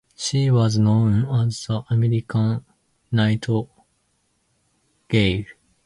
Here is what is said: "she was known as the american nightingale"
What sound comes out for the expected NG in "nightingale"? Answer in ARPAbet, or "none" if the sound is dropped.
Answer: none